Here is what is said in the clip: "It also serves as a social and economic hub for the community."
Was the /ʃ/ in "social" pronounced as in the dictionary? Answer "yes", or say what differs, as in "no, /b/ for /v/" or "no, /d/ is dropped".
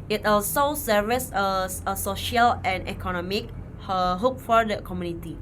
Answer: yes